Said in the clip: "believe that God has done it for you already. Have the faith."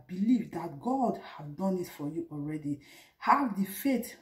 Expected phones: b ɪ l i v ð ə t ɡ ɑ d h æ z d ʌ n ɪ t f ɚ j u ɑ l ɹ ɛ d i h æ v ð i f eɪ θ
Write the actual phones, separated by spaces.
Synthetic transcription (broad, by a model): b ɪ l i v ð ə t ɡ ɑ d h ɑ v d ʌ n ɪ t f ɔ j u ɑ l ɹ ɛ d i h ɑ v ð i f eɪ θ